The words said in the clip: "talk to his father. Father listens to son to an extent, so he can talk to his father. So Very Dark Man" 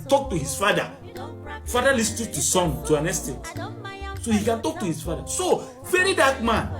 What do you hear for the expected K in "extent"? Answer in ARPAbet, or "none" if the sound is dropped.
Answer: none